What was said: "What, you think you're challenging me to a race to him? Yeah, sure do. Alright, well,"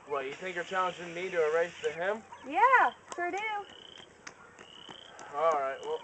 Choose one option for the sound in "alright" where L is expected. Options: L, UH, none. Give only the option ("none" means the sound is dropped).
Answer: L